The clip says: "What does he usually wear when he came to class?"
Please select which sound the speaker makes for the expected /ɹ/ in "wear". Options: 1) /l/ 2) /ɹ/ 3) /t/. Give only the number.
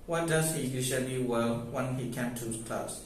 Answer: 1